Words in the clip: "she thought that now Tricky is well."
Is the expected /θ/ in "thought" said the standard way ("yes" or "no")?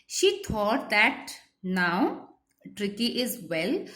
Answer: no